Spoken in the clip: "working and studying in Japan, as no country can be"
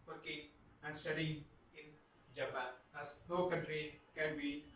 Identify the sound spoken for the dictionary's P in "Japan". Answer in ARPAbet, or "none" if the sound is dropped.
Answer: B